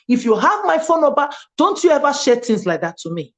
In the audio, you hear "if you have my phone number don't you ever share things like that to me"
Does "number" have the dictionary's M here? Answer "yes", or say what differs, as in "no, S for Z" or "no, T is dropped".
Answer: no, M is dropped